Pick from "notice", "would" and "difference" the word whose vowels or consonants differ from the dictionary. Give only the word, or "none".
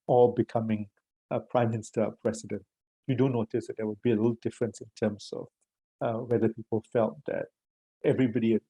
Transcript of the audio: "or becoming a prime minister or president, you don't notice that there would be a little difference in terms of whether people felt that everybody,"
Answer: none